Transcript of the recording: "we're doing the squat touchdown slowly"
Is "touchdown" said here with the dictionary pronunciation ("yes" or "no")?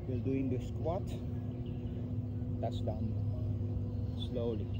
no